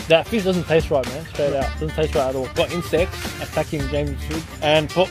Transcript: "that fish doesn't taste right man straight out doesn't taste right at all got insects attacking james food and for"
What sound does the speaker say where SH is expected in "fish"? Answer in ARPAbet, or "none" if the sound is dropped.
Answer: S